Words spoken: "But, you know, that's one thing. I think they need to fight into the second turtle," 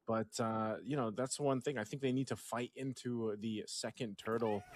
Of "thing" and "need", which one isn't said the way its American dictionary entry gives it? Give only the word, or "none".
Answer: none